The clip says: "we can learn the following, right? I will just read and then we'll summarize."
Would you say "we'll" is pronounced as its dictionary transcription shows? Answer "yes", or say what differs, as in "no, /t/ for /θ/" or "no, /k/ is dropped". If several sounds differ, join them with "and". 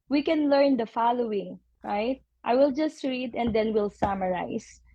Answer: yes